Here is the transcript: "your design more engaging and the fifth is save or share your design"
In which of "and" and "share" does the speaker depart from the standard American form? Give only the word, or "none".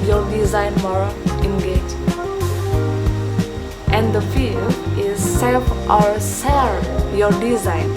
share